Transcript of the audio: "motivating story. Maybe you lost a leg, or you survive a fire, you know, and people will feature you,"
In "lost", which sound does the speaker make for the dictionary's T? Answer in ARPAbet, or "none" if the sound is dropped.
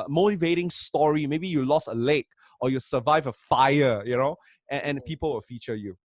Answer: none